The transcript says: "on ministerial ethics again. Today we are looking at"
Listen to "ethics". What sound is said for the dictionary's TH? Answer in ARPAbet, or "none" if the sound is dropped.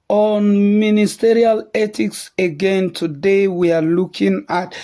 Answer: T